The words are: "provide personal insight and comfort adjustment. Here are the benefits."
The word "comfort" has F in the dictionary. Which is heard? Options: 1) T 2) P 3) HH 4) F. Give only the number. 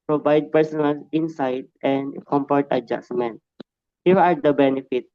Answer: 2